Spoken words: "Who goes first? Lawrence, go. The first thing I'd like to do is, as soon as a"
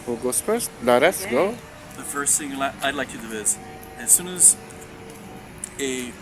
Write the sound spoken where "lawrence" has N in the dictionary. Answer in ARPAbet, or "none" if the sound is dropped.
none